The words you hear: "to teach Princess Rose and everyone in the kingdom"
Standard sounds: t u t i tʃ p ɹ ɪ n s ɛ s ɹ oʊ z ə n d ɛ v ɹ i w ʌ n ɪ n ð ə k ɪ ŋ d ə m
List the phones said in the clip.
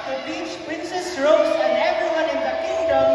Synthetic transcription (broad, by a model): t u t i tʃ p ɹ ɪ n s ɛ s ɹ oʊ s ə n d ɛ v ɹ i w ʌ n ɪ n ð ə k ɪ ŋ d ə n